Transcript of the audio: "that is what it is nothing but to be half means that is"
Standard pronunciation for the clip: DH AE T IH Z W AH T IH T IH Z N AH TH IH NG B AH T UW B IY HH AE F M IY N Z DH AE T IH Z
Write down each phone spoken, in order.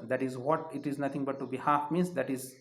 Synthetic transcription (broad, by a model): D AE T IH Z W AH T IH T IH Z N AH T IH NG B AH T UW B IY HH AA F M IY N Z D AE T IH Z